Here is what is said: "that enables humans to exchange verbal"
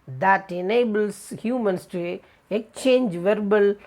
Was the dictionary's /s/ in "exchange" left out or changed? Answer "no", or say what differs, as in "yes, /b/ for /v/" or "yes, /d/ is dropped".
yes, /s/ is dropped